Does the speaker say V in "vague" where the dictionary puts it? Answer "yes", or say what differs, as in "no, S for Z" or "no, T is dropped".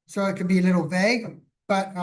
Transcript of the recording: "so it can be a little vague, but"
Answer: yes